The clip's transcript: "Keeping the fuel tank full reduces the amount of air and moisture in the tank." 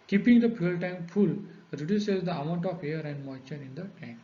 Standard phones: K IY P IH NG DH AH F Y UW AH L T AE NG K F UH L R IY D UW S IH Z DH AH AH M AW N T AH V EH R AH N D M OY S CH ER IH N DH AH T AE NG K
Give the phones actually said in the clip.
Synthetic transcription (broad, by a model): K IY P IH NG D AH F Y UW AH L T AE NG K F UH L R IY D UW S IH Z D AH AH M AW N T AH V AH R AH N D M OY CH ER IH N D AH T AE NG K